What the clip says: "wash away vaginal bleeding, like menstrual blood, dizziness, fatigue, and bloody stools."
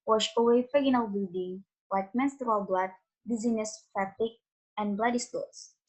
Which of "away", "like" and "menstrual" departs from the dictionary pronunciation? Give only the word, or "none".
none